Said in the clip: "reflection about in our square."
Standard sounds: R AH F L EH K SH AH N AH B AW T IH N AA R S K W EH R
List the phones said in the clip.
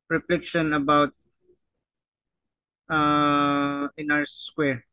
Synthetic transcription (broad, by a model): R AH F L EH K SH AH N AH B AW T IH N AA W S K W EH R